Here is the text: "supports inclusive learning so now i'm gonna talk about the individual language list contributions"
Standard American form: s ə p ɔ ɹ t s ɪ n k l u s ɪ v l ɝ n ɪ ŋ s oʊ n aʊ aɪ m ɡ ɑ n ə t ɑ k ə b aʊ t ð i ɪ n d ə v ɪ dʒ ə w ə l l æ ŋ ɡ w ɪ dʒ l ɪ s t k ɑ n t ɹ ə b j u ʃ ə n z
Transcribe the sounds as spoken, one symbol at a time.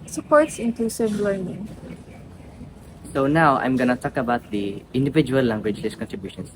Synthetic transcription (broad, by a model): s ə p ɔ ɹ t s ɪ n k u s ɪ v l ɝ n ɪ ŋ s oʊ n aʊ aɪ m ɡ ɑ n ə t ɑ k ə b aʊ t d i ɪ n d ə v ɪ dʒ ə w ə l l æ ŋ ɡ w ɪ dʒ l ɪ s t k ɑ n t ɹ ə b j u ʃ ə n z